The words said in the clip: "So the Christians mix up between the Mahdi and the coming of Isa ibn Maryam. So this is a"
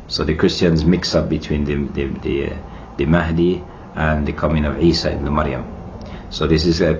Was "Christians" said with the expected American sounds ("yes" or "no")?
yes